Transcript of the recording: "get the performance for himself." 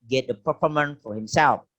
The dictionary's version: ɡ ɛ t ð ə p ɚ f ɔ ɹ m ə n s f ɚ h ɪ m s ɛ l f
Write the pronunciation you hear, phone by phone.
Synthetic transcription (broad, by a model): ɡ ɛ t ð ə p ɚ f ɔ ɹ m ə n f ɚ h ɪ m s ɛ l f